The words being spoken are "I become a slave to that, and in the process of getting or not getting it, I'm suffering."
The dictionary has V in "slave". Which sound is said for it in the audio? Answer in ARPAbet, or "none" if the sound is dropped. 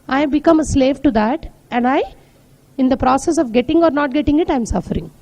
V